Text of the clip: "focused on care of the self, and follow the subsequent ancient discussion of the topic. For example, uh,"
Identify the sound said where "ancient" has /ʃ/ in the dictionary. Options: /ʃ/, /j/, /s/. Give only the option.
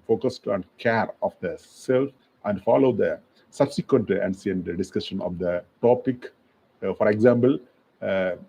/s/